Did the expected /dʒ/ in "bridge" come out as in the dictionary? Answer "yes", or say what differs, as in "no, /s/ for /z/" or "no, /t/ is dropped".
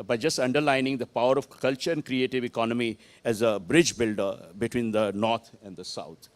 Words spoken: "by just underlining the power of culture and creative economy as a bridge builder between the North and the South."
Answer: yes